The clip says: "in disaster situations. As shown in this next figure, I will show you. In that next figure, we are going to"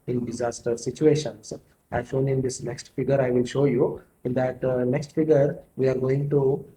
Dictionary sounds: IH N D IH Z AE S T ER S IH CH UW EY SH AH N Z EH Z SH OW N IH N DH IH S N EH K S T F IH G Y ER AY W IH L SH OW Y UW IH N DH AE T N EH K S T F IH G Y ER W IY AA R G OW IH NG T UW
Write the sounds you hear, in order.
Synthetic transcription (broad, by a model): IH N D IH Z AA S T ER S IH CH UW EY SH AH N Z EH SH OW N IH N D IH S N EH K S T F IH G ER AY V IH L SH OW Y UW IH N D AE T N EH K S T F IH G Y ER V IY AA R G OW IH NG T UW